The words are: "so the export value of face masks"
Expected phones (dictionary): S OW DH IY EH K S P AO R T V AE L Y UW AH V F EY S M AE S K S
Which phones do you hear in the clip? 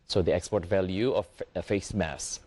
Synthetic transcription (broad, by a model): S OW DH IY EH K S P AO R T V AE L Y UW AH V F EY S M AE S S